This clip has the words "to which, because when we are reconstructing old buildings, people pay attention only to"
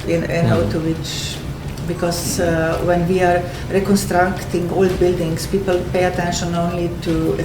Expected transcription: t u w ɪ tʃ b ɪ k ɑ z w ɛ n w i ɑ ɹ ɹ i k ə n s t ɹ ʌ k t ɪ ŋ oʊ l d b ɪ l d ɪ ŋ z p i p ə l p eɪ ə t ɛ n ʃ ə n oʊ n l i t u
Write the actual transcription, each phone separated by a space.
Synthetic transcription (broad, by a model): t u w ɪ tʃ b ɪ k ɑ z w ɛ n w i ɑ ɹ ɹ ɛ k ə n s t ɹ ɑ k t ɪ ŋ oʊ l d b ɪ l d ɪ ŋ s p i p ə l p eɪ ə t ɛ n ʃ ə n oʊ n l i t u